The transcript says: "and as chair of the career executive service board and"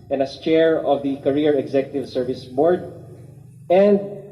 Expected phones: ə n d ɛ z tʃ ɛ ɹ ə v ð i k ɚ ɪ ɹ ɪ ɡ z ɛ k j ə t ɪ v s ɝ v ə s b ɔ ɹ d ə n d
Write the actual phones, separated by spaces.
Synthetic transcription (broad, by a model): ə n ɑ s tʃ ɛ ɹ ə v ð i k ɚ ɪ ɹ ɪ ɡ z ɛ k j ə t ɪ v s ɝ v ə s b ɔ ɹ d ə n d